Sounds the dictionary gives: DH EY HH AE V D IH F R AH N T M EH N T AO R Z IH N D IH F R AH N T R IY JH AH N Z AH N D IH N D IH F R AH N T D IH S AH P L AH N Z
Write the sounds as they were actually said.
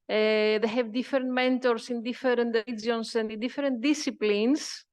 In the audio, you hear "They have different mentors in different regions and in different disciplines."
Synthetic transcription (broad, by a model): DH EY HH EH V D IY F R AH N T M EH N T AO R S IH N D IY F R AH N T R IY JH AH N S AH N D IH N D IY F R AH N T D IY S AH P L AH N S